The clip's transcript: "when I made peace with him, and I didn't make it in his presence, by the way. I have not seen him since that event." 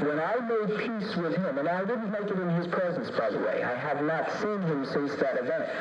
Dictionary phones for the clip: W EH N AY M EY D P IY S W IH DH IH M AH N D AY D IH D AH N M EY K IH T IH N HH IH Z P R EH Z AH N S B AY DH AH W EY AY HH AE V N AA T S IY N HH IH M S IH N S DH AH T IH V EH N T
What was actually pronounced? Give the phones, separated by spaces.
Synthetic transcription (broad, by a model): W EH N AY M EY D P IY S W IH DH IH M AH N AY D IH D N M EY K IH T IH N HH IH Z P R EH Z AH N S B AY DH AH W EY AY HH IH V N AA T S IY N HH IH M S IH S DH AH T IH V EH N T